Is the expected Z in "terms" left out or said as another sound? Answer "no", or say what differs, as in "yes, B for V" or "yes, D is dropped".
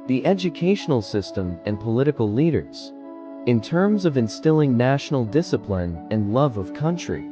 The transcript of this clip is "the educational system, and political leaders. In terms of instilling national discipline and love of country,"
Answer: no